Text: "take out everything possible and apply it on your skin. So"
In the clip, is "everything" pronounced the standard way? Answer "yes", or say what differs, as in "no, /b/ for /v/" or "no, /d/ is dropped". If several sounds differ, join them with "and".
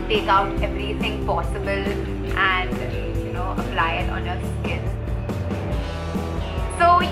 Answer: yes